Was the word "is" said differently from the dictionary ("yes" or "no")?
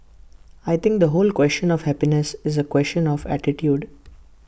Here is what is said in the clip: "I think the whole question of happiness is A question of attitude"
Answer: no